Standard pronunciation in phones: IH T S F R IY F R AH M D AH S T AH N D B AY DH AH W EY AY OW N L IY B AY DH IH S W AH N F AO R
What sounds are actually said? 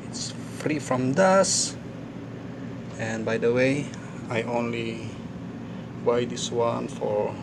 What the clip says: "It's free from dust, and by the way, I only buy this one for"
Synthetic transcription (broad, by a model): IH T S F R IY F R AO M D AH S AH N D B AY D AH W EY AY OW N L IY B AY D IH S W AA N F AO R